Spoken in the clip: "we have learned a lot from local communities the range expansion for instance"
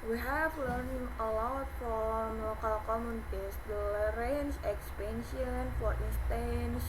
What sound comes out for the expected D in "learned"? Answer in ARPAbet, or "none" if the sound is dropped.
none